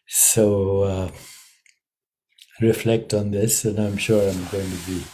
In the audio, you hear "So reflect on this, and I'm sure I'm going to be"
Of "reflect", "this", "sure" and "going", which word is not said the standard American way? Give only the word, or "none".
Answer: none